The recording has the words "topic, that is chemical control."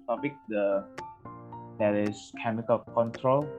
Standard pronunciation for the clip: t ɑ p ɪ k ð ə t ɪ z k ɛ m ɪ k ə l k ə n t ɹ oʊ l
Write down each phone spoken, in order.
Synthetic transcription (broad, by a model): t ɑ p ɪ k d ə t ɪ s k ɛ m ɪ k ə l k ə n t ɹ oʊ l